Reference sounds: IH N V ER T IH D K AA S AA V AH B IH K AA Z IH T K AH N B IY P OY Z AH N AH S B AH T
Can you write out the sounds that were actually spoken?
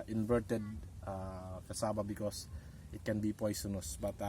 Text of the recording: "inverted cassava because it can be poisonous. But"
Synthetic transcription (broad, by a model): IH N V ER T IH D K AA S AA B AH B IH K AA S IH T K AH N B IY P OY S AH N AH S B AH T